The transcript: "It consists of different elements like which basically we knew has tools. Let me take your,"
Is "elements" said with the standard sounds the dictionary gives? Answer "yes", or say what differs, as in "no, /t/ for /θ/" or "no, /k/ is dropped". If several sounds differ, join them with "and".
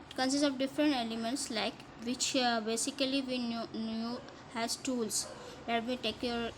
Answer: yes